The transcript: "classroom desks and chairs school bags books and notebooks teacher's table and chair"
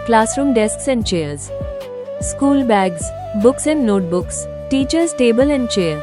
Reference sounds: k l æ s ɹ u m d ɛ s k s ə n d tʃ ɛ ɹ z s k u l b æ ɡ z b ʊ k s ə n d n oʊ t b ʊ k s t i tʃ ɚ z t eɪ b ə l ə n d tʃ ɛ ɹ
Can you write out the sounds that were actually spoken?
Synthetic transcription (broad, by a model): k l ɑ s ɹ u m d ɛ s k s ə n d tʃ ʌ ɹ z s k u l b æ ɡ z b ʊ k s ə n d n oʊ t b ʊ k s t i tʃ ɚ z t eɪ b ə l ə n d tʃ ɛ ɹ